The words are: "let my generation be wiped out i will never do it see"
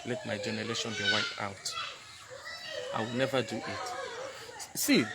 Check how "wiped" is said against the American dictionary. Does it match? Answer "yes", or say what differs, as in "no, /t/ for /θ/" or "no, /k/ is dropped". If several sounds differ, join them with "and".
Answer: no, /t/ is dropped